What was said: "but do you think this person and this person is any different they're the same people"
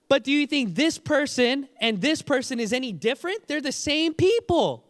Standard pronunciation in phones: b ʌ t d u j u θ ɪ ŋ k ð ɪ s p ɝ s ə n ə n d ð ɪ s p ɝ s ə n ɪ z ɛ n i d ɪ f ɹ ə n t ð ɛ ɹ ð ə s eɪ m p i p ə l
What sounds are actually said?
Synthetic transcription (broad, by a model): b ʌ t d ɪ j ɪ θ ɪ ŋ k ð ɪ s p ɝ s ə n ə n ð ɪ s p ɝ s ə n ɪ z ɛ n i d ɪ f ɹ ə n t ð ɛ ɹ ð ə s eɪ m p i p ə l